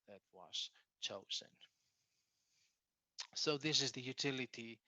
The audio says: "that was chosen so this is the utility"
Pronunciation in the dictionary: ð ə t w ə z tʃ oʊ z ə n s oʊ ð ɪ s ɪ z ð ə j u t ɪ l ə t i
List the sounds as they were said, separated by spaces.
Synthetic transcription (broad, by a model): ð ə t w ə z tʃ oʊ z ə n s oʊ ð ɪ s ɪ z ð ə j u t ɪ l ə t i